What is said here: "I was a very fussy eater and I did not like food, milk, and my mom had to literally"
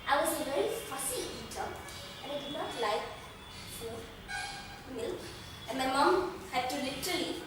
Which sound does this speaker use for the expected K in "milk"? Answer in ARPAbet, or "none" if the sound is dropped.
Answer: none